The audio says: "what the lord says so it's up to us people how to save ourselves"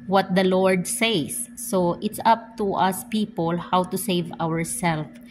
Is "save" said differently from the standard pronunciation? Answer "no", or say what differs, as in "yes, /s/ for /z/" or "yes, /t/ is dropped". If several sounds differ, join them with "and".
no